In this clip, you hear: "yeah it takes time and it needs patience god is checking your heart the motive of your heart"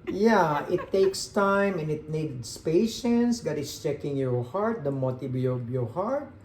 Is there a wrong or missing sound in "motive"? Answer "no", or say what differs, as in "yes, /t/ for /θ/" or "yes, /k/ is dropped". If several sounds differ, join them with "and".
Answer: yes, /b/ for /v/